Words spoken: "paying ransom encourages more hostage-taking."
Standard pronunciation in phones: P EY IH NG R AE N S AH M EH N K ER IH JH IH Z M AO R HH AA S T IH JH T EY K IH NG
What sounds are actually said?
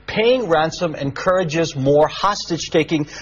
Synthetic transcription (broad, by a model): P EY IH NG R AE N S AH M EH N K ER IH JH IH Z M AO R HH AA S T IH JH T EY K IH NG